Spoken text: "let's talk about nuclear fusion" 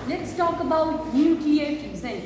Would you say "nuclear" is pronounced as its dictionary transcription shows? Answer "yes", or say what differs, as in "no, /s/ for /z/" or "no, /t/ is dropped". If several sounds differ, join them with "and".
no, /l/ is dropped